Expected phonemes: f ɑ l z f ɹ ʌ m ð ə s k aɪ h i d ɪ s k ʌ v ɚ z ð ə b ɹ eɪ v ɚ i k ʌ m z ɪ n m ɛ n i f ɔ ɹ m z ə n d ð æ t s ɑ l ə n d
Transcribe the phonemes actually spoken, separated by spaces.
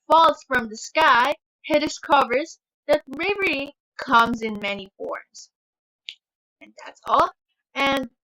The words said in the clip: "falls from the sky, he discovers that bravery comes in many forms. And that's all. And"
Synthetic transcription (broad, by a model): f ɑ l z f ɹ ʌ m ð ə s k aɪ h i d ɪ s k ʌ v ɚ z ð ə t ɹ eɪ v ɚ i k ʌ m z ɪ n m ɛ n i f ɔ ɹ m z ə n ð æ t s ɑ l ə n